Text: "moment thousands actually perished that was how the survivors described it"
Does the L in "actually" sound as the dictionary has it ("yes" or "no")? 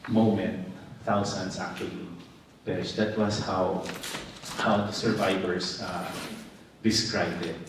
no